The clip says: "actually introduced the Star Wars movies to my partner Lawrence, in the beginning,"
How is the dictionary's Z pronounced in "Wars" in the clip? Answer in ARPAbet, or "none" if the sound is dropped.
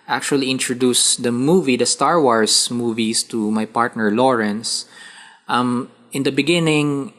S